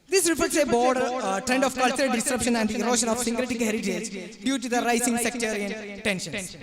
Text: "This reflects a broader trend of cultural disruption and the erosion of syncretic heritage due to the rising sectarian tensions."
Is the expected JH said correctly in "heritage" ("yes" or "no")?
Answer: no